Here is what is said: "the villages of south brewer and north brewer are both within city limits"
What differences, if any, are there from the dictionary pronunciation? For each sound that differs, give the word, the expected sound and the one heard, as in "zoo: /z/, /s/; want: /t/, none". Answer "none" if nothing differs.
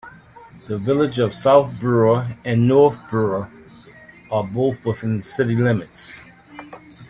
none